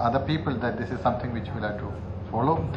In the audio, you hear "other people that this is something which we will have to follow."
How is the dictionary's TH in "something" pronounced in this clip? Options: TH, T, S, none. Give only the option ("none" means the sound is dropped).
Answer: T